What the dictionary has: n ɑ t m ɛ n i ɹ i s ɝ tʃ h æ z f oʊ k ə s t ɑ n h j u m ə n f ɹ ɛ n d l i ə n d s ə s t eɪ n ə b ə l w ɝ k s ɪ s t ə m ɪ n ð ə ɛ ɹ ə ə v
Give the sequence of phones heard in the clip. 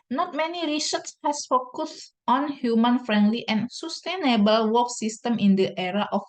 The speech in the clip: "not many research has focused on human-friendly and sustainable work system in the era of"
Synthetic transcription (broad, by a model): n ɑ t m ɛ n i ɹ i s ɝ s h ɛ s f oʊ k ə s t ɑ n h j u m ə n f ɹ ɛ n d l i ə n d s ə s t eɪ n ə b ə l w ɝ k s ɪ s t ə m ɪ n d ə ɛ ɹ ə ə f